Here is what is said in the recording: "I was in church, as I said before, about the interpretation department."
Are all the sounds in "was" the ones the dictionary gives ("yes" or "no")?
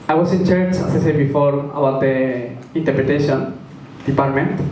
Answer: no